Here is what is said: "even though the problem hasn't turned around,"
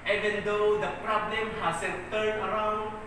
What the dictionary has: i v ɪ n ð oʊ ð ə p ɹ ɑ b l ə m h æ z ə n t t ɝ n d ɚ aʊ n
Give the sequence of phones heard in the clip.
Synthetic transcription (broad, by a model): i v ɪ n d oʊ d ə p ɹ ɑ b l ə m h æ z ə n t t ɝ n ɚ aʊ n